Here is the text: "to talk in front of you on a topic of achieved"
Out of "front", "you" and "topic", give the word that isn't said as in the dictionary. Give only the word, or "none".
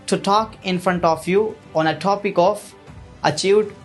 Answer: none